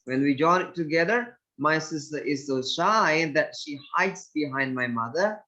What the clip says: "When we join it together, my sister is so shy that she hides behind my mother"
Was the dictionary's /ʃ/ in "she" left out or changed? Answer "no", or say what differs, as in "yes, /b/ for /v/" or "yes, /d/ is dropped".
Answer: no